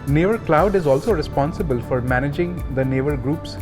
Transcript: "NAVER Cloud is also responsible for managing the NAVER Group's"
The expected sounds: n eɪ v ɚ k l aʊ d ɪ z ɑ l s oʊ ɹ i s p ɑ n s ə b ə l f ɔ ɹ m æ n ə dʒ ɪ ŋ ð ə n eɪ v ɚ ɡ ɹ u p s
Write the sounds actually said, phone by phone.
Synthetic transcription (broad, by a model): n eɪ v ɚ k l aʊ d ɪ z ɑ l s oʊ ɹ i s p ɑ n s ə b ə l f ɔ ɹ m æ n ə dʒ ɪ ŋ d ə n eɪ v ɚ ɡ ɹ u p s